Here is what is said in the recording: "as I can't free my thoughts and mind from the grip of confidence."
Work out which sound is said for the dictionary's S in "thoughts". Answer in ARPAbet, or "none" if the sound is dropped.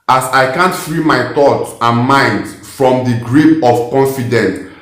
none